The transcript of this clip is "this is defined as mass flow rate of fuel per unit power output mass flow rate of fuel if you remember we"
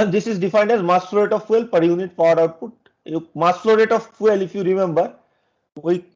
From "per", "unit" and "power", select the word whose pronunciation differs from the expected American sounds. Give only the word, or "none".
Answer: none